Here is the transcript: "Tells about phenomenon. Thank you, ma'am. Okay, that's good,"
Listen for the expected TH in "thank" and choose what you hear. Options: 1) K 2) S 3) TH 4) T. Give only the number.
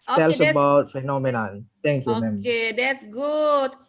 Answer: 4